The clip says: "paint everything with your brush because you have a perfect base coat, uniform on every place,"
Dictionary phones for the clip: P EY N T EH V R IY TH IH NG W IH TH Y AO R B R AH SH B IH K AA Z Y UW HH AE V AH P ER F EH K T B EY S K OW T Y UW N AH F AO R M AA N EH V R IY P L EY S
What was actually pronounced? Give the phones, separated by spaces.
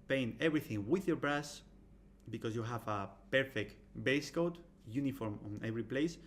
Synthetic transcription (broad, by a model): P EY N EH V R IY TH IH NG W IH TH Y AO R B R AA S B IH K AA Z Y UW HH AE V AH P ER F EH K T B EY S K OW T Y UW N AH F AO R M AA N EH V R IY P L EY S